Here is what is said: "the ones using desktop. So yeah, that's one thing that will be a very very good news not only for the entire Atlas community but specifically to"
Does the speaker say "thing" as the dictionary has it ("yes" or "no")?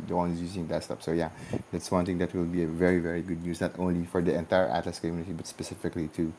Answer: no